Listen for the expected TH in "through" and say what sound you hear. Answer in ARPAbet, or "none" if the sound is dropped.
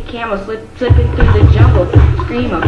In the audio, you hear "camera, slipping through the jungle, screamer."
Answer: TH